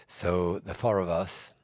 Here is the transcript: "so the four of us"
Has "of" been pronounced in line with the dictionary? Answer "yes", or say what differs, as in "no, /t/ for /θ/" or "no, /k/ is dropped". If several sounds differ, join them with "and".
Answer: yes